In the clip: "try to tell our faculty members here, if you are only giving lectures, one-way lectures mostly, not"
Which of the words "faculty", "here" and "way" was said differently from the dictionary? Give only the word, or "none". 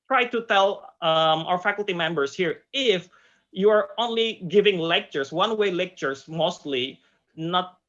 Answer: none